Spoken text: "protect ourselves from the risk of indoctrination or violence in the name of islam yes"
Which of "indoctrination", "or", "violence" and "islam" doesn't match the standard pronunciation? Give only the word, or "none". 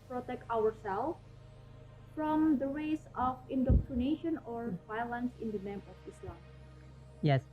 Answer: none